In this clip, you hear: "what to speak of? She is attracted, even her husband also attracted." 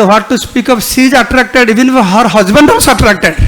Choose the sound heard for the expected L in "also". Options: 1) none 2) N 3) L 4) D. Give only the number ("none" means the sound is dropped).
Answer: 1